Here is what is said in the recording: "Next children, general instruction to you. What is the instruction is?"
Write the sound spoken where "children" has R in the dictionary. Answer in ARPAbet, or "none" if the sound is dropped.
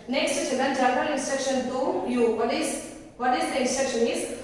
none